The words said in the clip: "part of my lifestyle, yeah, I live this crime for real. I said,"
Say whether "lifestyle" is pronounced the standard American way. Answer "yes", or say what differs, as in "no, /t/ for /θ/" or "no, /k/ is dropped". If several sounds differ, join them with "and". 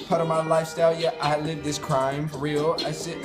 yes